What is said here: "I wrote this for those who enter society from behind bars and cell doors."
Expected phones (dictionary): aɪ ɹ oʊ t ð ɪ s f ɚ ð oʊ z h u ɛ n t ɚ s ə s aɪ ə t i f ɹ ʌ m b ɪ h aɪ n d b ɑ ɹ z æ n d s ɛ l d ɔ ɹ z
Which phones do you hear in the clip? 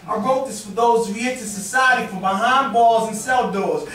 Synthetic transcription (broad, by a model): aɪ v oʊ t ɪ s f ɚ ð oʊ z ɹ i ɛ t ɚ s ə s aɪ ə t i f ɹ ʌ m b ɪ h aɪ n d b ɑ l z n s ɛ l d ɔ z